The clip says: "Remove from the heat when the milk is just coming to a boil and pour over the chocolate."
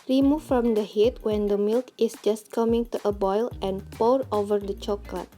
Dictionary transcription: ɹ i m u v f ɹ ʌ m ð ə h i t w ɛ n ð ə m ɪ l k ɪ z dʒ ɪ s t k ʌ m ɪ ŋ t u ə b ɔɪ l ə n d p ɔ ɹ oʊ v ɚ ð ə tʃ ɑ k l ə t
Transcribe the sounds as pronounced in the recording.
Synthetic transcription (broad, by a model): ɹ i m u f ɹ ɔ m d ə h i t w ɛ n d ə m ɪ l k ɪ s dʒ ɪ s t k ʌ m ɪ ŋ t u ə b ɔɪ l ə n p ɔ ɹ oʊ v ɚ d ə tʃ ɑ k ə t